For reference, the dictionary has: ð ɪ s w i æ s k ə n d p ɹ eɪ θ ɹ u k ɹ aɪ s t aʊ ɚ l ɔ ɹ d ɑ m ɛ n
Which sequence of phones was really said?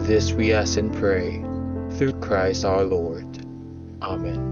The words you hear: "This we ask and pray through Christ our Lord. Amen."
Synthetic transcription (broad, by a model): ð ɪ s w i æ s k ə n p ɹ eɪ θ ɹ u k ɹ aɪ s t aʊ ɚ l ɔ ɹ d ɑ m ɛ n